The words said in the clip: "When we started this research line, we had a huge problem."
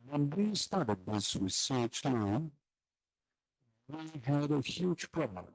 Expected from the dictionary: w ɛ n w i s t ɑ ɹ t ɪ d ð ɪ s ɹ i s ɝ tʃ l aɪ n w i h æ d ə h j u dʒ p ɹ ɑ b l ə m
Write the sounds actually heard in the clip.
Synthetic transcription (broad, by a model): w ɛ n w i s t ɑ ɹ t ɪ d ð ɪ s w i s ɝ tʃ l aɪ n w i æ d ə h j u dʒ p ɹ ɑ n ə